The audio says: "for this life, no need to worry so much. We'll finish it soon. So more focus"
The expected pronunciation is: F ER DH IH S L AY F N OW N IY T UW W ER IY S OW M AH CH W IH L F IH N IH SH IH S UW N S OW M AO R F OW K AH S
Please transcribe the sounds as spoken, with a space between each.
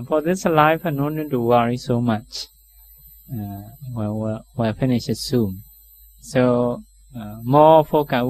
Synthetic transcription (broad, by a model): F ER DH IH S L AY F N OW N IY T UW W ER IY S OW M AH CH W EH W F IH N IH SH IH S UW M S OW M AO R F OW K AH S